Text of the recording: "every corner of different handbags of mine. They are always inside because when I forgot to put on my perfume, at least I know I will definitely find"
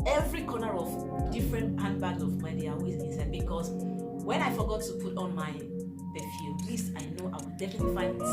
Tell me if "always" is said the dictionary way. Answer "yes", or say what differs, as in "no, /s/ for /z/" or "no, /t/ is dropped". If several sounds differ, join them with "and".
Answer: no, /l/ is dropped